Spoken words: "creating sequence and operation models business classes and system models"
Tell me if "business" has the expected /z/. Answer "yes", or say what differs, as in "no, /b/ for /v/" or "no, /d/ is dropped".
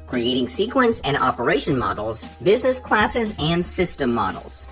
yes